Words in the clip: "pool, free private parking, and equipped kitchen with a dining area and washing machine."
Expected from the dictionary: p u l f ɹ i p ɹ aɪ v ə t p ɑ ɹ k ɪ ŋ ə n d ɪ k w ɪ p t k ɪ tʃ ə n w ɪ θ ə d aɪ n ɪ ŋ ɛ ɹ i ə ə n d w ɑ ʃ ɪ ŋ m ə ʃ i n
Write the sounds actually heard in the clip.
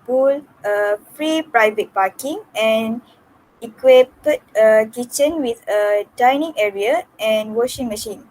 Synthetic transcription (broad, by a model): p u l f ɹ i p ɹ aɪ v ə t p ɑ k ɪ ŋ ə n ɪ k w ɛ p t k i tʃ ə n w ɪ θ ə d aɪ n ɪ ŋ ɛ ɹ i ə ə n w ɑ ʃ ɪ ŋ m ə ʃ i n